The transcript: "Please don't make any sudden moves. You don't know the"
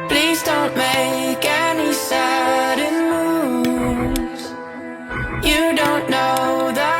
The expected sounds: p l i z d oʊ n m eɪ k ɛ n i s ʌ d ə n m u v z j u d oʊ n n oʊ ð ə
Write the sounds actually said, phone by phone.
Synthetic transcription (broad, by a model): p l i z d oʊ n m eɪ k ɛ n i s ʌ d ə n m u z j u d oʊ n n oʊ ð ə